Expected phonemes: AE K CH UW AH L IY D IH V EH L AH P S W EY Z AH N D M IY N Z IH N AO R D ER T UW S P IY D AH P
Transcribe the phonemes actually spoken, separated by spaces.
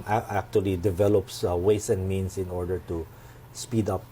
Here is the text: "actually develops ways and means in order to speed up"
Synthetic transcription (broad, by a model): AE K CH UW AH L IY D IH V EH L AH P S W EY S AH N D M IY N S IH N AO R D ER T UW S P IY D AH P